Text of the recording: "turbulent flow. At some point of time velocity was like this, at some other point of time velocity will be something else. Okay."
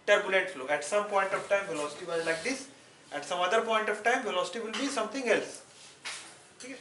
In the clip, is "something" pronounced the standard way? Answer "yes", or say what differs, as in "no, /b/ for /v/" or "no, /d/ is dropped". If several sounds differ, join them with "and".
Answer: no, /t/ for /θ/